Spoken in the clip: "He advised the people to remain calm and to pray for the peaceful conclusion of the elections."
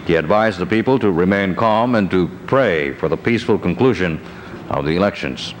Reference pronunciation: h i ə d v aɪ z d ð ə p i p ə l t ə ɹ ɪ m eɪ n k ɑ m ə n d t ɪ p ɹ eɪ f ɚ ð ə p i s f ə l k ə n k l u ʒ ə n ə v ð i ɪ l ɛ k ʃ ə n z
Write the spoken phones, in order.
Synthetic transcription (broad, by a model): h i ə d v aɪ z ð ə p i p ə l t ə ɹ ɪ m eɪ n k ɑ m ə n t ɪ p ɹ eɪ f ɚ ð ə p i s f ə l k ə n k l u ʒ ə n ə v ð i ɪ l ɛ k ʃ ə n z